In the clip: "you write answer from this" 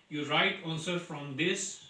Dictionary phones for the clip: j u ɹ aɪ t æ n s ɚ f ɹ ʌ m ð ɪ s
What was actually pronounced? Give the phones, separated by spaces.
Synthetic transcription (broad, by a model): j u ɹ aɪ t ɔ l s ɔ f ɹ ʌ m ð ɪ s